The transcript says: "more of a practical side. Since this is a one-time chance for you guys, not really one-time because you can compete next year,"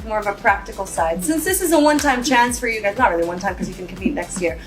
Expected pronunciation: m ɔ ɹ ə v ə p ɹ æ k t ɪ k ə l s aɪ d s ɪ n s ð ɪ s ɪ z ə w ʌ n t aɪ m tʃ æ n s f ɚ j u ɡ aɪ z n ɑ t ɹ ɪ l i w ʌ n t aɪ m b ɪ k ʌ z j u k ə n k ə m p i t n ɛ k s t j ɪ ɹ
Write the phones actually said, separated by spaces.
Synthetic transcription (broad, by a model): m ɔ ɹ ə v ə p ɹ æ k t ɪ k l s aɪ d s ɪ n s ð ɪ s ɪ z ə w ʌ n t aɪ m tʃ æ n s f ɚ j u ɡ aɪ z n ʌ t ɹ ɪ l i w ʌ n t aɪ m k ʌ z j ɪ k ə n k ə m p i t n ɛ k s t j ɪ ɹ